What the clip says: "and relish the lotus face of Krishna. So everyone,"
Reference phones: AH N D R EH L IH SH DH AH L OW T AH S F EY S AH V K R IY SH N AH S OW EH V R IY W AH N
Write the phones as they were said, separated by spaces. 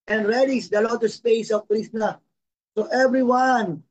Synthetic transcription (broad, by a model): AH N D R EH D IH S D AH L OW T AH S P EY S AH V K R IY S N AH S OW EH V R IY W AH N